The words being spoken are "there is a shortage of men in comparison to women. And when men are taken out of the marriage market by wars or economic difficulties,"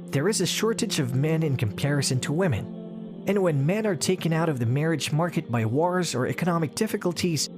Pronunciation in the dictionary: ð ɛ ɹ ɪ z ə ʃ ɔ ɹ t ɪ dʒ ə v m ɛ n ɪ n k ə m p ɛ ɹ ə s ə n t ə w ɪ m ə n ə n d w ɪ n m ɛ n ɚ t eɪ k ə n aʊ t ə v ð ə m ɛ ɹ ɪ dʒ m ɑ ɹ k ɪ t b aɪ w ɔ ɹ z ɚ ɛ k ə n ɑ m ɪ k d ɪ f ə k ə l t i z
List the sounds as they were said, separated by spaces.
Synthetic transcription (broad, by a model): ð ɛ ɹ ɪ z ə ʃ ɔ ɹ t ɪ dʒ ə v m ɛ n ɪ n k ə m p ɛ ɹ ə s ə n t ə w ɪ m ə n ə n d w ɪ n m ɛ n ɚ t eɪ k ə n aʊ t ə v ð ə m ɛ ɹ ɪ dʒ m ɑ ɹ k ɪ t b aɪ w ɔ ɹ z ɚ ɛ k ə n ɑ m ɪ k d ɪ f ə k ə l t i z